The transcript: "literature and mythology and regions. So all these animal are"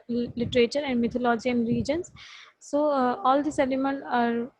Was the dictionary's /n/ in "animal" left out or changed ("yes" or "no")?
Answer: yes